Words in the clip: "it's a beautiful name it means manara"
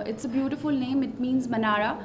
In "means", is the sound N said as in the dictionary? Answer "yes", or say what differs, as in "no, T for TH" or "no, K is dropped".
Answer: yes